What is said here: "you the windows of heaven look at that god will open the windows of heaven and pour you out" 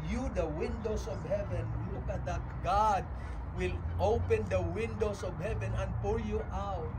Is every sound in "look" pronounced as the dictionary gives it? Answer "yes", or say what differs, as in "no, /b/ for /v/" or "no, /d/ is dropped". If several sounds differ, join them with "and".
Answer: no, /w/ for /l/